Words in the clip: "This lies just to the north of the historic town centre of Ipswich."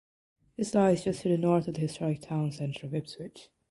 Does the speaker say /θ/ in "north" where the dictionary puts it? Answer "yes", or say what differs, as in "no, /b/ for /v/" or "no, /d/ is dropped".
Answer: yes